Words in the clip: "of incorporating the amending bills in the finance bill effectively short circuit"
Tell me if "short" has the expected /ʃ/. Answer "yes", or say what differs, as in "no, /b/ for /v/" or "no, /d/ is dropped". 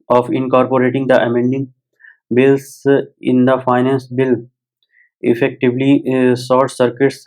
no, /s/ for /ʃ/